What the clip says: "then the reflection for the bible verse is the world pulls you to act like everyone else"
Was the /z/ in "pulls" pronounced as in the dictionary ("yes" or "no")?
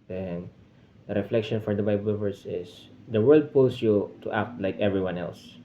no